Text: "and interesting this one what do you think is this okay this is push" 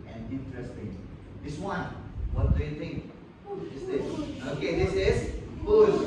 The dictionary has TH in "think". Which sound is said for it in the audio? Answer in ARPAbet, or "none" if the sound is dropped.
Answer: T